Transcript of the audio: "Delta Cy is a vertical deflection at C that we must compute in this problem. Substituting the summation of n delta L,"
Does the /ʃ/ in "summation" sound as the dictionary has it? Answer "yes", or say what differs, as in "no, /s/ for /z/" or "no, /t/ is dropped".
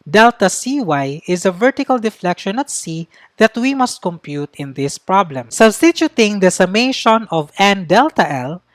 yes